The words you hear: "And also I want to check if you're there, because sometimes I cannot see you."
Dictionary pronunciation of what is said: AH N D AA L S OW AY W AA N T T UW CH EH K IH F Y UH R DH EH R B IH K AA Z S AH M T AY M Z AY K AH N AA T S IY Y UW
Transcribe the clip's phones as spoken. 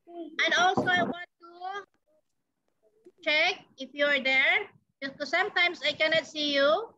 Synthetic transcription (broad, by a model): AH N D AA L S OW AY W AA N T T UW CH EH K IH F Y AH R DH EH R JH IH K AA S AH M T AY M S AY K AH N AA T S IY Y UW